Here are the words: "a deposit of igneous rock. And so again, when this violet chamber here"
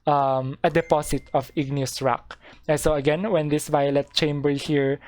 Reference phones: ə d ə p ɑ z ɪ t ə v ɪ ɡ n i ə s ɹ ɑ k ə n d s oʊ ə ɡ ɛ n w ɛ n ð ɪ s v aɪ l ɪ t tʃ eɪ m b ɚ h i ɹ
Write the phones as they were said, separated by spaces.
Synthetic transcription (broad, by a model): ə d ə p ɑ s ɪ t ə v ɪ ɡ n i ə s ɹ ɑ k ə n s oʊ ə ɡ ɛ n w ɛ n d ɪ s v aɪ l ɪ t tʃ eɪ m b ɚ h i ɹ